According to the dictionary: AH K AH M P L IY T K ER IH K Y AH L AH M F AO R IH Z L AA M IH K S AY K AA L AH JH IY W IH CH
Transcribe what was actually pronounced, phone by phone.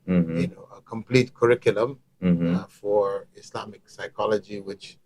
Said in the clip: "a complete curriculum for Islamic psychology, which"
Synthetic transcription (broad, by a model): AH K AH M P L IY T K ER IH K Y AH L AH M F AO R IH S L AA M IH K S AY K AA L AH JH IY W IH CH